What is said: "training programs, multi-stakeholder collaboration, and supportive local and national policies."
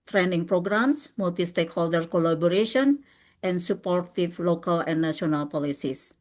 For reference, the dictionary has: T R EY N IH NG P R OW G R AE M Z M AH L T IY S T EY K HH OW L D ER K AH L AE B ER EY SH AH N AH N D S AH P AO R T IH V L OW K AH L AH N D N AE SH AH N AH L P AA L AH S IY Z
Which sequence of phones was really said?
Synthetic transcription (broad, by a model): T R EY N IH NG P R OW G R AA M S M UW L T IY S T EY K HH OW L D ER K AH L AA B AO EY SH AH N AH N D S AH P AO R T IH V L OW K AH L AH N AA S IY AH N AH L P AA L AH S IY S